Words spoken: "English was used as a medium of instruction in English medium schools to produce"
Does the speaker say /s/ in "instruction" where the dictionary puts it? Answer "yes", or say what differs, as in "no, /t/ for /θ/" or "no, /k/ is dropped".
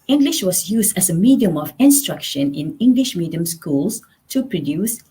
yes